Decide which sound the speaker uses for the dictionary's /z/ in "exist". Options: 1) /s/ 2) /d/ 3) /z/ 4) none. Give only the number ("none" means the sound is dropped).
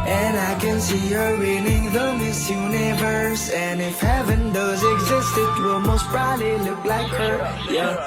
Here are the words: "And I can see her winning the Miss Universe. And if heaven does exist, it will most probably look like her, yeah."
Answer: 3